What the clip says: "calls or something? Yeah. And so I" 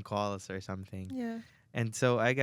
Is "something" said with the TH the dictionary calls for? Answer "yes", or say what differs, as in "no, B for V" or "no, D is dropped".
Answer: yes